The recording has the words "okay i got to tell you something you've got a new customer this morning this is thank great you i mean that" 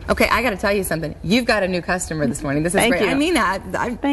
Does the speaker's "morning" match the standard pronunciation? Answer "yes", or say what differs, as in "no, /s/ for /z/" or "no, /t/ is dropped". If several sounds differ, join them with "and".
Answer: yes